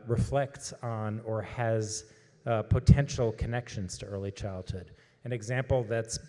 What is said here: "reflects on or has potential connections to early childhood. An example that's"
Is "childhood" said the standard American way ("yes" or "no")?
yes